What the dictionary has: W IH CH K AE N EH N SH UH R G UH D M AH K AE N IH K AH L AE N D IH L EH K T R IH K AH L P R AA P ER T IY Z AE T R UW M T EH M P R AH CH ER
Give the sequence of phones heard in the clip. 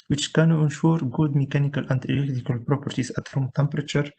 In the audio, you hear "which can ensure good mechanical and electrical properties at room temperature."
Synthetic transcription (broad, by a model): W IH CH K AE N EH N SH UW R G UH D M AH K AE N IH K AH L AE N D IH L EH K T IH K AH L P R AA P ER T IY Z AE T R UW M T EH M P R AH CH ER